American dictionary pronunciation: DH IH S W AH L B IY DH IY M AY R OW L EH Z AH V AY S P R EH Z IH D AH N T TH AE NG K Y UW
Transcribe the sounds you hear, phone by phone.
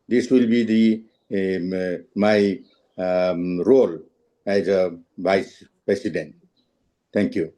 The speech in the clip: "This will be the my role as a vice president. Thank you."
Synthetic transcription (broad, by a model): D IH S W AH L B IY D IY M AY R OW L EH Z AH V AY S P R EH S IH D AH N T T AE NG K Y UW